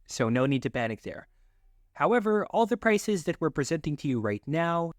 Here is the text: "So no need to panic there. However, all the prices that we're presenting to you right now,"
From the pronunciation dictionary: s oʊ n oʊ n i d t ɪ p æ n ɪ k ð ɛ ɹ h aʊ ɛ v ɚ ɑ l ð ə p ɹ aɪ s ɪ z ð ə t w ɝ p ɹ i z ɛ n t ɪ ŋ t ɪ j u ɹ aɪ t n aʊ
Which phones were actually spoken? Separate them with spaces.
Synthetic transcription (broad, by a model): s oʊ n oʊ n i d t ɪ b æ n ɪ k ð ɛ ɹ h aʊ ɛ v ɚ ɑ l ð ə p ɹ aɪ s ɪ z ð ə t w ɝ p ɹ i z ɛ n t ɪ ŋ t ɪ j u ɹ aɪ t n aʊ